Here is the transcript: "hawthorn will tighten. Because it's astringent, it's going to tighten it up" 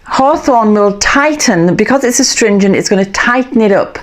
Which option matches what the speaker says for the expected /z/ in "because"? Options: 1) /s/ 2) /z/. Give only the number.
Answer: 2